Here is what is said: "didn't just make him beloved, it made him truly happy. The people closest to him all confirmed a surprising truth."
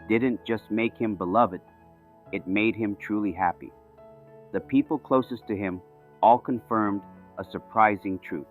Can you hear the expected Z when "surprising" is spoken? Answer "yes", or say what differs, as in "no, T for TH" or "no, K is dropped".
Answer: yes